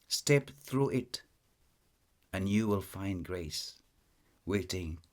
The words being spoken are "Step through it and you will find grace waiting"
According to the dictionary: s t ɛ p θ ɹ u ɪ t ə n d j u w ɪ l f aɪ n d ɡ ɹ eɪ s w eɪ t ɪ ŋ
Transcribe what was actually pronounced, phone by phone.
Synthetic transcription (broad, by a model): s t ɛ p θ ɹ u ɪ t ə n j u w ɪ l f aɪ n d ɡ ɹ eɪ s w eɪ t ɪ ŋ